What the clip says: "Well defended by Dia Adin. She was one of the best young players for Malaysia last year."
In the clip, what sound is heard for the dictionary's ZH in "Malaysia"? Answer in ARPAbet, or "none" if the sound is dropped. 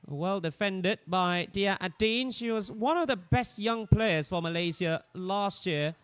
Z